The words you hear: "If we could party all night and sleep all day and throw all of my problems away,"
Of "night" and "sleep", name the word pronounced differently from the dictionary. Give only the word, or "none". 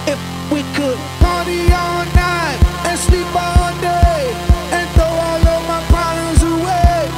none